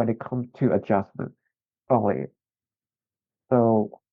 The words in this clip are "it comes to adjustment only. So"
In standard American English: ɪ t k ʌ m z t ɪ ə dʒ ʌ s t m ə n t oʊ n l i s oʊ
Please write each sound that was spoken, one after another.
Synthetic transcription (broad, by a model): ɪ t k ʌ m t ɪ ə dʒ ʌ s m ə n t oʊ l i s oʊ